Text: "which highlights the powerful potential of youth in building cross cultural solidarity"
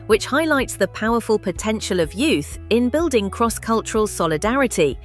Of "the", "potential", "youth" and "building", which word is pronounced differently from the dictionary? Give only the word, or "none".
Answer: none